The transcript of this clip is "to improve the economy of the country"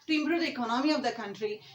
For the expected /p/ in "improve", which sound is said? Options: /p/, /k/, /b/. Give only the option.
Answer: /b/